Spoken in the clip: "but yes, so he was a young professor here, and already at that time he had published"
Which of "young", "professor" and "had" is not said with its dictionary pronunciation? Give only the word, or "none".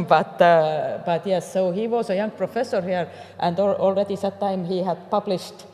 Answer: none